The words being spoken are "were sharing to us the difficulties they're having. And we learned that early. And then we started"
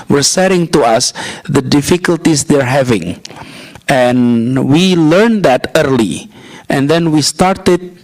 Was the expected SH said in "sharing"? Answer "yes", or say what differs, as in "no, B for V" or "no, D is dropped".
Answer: no, S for SH